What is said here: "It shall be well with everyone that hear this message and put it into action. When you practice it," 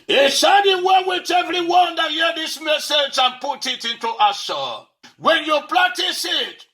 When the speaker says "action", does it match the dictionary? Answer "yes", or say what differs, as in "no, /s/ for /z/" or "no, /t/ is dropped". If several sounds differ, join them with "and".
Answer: no, /k/ is dropped